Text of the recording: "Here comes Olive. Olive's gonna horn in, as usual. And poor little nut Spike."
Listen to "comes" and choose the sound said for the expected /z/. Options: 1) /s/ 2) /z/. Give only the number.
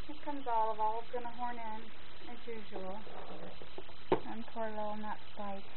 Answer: 2